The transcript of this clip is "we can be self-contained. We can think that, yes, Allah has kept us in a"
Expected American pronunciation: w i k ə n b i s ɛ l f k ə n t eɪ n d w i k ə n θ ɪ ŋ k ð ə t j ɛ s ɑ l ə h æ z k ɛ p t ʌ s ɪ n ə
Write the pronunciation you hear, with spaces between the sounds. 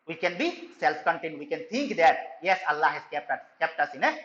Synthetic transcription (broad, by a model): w i k ə n b i s ɛ l f k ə n t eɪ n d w i k ə n t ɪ ŋ k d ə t j ɛ s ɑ l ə h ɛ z k ɛ p t ʌ s ɪ n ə